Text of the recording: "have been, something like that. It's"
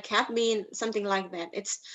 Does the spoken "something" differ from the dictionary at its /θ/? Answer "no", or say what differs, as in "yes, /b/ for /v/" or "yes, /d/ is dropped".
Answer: no